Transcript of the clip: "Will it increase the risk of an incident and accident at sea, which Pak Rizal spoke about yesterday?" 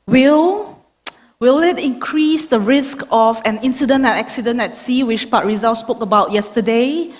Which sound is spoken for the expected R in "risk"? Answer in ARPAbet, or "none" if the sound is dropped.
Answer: R